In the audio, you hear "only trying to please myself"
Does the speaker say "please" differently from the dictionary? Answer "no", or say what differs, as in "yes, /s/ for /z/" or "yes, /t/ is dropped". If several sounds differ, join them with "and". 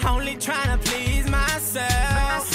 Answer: no